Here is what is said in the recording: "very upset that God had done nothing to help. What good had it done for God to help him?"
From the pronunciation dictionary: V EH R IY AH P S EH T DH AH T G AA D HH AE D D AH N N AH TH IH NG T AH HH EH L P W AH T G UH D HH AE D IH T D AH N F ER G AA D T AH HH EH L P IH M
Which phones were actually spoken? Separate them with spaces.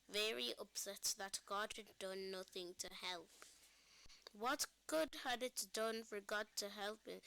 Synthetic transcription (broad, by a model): V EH R IY AH P S EH T DH AH T G AA D HH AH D D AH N N AH TH IH NG T AH HH EH L P W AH T G UH D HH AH D IH T D AH N F ER G AA D T AH HH EH L P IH